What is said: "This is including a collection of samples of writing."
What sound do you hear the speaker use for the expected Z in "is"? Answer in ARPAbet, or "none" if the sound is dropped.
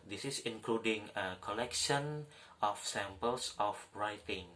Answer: S